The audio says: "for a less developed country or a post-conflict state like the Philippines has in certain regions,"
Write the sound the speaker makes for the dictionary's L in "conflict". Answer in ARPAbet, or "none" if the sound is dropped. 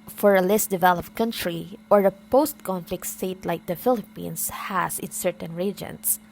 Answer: L